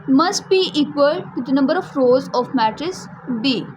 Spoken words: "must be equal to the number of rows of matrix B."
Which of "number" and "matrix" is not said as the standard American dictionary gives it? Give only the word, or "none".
matrix